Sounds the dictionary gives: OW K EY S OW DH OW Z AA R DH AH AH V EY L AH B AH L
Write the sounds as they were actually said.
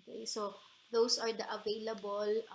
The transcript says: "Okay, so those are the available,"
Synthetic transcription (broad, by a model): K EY S OW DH OW S AA R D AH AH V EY L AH B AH L